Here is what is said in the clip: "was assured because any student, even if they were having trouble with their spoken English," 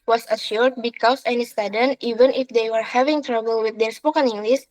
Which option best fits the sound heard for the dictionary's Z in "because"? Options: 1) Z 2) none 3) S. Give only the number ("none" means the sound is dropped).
3